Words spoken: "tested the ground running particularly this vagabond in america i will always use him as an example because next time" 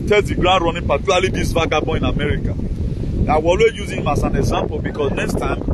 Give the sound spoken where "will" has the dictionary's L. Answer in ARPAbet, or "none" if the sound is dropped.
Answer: W